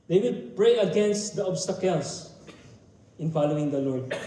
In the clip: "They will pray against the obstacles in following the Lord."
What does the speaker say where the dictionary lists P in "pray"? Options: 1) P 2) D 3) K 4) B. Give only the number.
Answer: 1